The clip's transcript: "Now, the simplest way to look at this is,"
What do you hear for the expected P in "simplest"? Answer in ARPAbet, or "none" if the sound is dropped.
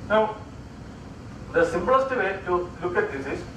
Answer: B